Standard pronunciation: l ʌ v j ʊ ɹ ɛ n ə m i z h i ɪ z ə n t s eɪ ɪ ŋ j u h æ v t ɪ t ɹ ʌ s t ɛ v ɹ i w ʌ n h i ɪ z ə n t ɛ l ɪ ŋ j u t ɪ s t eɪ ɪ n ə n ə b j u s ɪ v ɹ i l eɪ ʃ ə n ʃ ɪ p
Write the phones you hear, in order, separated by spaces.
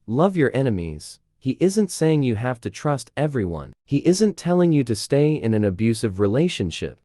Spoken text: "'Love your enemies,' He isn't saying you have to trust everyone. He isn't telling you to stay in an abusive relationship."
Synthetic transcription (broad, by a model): l ʌ v j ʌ ɹ ɛ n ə m i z h i ɪ z ə n t s eɪ ɪ ŋ j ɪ h æ f t ɪ t ɹ ʌ s t ɛ v ɹ i w ʌ n h i ɪ z ə n t ɛ l ɪ ŋ j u t ɪ s t eɪ ɪ n ə n ə b j u s ɪ v ɹ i l eɪ ʃ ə n ʃ ɪ p